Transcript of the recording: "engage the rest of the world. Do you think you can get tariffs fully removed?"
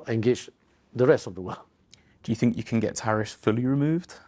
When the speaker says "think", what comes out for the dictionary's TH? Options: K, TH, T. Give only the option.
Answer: TH